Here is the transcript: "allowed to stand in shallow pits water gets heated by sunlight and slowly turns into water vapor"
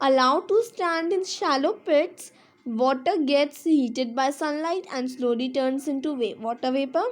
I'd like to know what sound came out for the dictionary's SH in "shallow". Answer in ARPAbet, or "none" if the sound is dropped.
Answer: SH